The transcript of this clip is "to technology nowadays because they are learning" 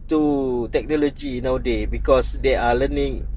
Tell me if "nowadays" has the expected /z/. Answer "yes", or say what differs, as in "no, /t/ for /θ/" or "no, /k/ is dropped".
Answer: no, /z/ is dropped